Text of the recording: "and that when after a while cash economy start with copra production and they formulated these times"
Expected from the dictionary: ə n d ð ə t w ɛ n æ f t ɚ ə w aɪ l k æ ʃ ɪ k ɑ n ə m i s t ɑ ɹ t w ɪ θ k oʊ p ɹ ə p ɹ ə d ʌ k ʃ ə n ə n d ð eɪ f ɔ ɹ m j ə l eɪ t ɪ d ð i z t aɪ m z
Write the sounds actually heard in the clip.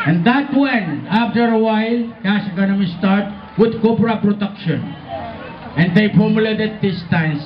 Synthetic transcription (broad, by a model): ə n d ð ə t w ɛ n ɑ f t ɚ ə w aɪ l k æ s ɪ k ɑ n ə m i s t ɑ ɹ t w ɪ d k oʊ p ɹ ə p ɹ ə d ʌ k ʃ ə n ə n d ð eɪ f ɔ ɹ m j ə l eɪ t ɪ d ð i s t aɪ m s